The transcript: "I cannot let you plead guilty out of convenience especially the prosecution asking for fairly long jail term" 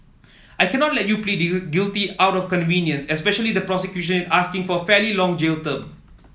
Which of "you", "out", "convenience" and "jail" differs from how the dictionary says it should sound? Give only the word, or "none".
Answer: none